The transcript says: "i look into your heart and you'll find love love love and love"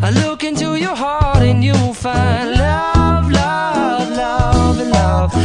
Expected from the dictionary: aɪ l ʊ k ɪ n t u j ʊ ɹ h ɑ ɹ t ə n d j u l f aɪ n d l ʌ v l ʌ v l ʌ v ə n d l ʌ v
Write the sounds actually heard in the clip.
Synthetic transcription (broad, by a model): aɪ l ʊ k ɪ n t u j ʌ ɹ h ɑ ɹ t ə n j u w f aɪ n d l ʌ v l ʌ v l ʌ v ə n l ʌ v